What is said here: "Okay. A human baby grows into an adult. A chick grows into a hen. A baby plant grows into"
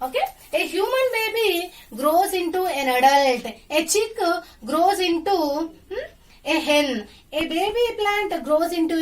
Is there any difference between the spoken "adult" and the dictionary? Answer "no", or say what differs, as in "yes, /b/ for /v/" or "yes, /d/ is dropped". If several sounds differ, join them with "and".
no